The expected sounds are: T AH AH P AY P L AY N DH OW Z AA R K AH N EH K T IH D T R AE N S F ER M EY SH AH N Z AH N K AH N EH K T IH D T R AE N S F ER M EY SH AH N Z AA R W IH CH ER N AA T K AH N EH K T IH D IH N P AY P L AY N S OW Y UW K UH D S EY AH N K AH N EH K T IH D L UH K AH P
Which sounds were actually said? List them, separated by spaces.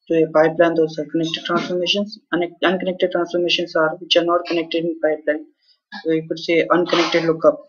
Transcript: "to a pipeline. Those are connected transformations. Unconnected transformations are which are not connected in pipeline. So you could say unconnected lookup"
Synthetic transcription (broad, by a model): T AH AH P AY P L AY N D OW S AA R K AH N EH K T IH D T R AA N S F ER M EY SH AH N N AH N K AH N EH K T IH D T R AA N S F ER M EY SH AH N S AA R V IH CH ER N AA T K AH N EH K T IH D IH N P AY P L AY N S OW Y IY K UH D S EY AH N K AH N EH K T IH D L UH K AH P